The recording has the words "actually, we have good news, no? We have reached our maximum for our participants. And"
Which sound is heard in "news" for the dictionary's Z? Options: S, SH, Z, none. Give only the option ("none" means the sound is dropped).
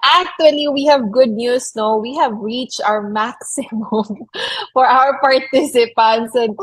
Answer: S